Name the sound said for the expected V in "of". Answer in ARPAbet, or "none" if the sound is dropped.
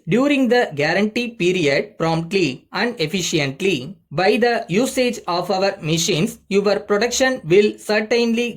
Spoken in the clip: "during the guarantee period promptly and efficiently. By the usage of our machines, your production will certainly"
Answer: V